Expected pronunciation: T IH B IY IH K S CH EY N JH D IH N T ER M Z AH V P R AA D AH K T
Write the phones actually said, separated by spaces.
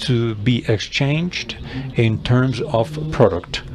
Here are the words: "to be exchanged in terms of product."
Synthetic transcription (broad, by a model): T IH B IY IH K S CH EY N JH D IH N T ER M Z AH V P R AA D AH K T